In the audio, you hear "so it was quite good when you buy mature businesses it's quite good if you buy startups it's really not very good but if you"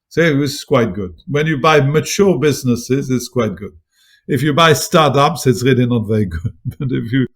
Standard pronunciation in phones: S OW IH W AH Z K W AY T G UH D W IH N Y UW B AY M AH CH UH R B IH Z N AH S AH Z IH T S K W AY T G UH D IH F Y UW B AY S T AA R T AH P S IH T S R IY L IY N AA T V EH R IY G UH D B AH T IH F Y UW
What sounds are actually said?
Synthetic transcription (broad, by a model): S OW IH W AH S K W AY T G UH D W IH N Y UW B AY M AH CH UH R B IH Z N AH S AH Z IH T S K W AY T G UH D IH F Y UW B AY S T AA R T AH P S IH T S R IY L IY N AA T V EH R IY G UH D B AH T IH F Y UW